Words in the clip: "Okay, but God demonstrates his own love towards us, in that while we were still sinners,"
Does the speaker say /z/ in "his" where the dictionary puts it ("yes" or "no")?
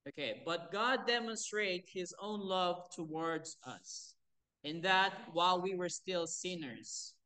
yes